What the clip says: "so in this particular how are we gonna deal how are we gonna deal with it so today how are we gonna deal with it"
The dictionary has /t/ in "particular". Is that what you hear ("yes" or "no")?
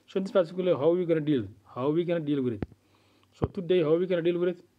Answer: no